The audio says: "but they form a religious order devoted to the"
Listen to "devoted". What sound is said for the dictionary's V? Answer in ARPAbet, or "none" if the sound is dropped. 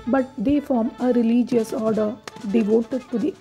V